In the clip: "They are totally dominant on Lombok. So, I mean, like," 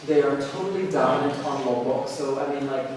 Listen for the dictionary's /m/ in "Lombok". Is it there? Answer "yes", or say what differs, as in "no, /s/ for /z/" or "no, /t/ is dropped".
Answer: no, /m/ is dropped